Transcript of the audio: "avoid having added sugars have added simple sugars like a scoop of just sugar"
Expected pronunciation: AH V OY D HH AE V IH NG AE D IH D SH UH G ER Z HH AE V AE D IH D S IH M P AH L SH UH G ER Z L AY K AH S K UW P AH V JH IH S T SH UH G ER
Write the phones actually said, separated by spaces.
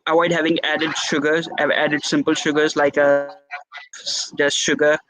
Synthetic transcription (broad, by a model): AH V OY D HH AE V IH NG AE D IH D SH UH G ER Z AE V AE D IH D S IH M P AH L SH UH G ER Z L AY AH K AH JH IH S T SH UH G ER